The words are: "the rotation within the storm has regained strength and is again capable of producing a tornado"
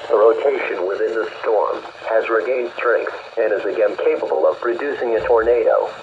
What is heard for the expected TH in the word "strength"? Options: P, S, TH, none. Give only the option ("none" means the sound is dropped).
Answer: S